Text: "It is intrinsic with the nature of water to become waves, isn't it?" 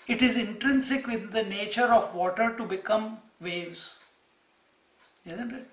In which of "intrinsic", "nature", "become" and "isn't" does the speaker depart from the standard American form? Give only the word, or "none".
none